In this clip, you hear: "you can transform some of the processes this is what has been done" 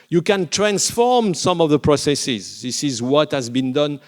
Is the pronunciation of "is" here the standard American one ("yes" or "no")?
yes